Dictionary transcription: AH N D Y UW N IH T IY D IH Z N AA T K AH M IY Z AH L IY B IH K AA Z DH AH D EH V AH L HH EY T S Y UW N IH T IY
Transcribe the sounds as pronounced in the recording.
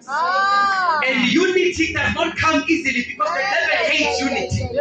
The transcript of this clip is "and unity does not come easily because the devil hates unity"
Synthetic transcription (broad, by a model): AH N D Y UW N IH T IY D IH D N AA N K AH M IY Z AH L IY B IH K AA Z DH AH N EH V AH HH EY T Y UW N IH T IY